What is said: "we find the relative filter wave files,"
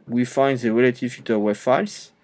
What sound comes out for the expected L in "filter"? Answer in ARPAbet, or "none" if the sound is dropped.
none